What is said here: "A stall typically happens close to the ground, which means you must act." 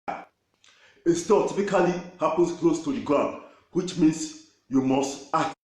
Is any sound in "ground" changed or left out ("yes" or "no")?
yes